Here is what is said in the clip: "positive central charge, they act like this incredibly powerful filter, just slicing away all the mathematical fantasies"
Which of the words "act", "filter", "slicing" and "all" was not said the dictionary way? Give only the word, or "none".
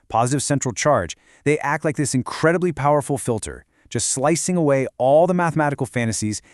none